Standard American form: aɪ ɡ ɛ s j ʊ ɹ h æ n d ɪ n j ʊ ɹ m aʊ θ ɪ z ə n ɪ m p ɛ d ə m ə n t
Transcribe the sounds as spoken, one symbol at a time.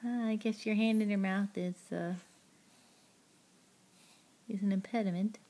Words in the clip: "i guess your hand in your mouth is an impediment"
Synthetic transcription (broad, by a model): aɪ ɡ ɛ s j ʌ ɹ h æ n d ɪ n j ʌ ɹ m aʊ θ ɪ z ə n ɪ m p ɛ d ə m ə n t